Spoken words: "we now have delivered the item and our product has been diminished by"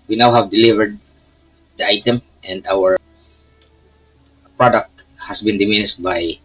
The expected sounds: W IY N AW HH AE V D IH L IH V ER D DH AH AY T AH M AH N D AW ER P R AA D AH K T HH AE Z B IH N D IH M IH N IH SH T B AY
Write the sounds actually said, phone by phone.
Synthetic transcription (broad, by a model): W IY N AW HH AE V D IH L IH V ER D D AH AY T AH M AH N D AW ER P R AA D AH K T HH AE S B IH N D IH M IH N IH S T B AY